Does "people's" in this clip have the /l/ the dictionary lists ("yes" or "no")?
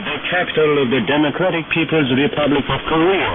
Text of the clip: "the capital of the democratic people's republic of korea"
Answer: yes